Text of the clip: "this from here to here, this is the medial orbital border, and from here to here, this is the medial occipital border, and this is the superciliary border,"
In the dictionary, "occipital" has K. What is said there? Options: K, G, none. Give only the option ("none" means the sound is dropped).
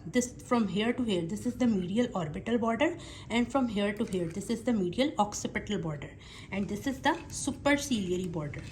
K